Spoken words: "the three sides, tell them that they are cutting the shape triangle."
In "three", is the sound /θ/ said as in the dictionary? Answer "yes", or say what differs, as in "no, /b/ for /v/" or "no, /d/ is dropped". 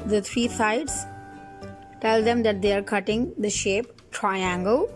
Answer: no, /t/ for /θ/